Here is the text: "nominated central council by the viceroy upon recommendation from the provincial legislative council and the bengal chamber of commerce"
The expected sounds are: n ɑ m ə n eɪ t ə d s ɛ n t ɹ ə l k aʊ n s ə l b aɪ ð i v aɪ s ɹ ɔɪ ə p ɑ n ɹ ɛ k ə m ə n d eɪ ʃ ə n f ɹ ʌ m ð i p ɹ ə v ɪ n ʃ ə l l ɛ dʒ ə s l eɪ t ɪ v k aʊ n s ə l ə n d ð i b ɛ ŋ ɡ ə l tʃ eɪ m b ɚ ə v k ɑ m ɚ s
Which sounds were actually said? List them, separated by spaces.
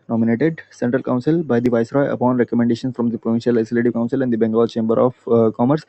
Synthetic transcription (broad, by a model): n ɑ m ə n eɪ t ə d s ɛ n t ɹ ə l k aʊ n s ə l b aɪ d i v aɪ s ɹ ɔɪ ə p ɑ n ɹ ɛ k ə m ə n d eɪ ʃ ə n f ɹ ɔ m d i p ɹ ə v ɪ n ʃ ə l l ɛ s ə l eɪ t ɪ k aʊ n s ə l ə n d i b ɛ ŋ ɡ ə l tʃ eɪ m b ɚ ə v k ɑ m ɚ s